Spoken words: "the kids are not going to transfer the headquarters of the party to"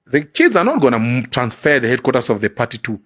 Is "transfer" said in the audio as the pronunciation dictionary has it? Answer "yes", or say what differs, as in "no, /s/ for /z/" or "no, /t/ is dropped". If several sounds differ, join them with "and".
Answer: yes